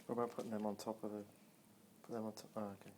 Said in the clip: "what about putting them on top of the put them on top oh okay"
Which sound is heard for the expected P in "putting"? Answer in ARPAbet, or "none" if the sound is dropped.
P